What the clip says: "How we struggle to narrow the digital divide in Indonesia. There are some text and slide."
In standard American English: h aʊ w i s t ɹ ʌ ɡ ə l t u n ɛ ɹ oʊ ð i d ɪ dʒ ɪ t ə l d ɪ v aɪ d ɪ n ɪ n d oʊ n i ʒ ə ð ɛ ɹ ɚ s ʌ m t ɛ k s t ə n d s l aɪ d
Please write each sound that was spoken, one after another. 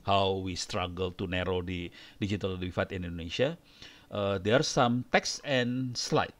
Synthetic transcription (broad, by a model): h aʊ w i s t ɹ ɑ ɡ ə l t u n ɛ ɹ oʊ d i d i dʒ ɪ t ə l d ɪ f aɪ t ɪ n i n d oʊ n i ʃ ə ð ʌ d ɚ s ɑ m t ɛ k s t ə n s l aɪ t